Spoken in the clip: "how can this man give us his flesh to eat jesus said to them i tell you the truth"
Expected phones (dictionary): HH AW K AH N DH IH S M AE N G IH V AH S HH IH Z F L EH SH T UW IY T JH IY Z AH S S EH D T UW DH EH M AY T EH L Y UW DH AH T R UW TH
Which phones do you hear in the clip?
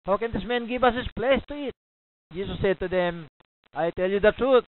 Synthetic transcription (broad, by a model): HH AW K AH N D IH S M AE N G IH V AH S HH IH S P L EH S T UW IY T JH IY S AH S S EH D T UW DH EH M AY T EH L Y UW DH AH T R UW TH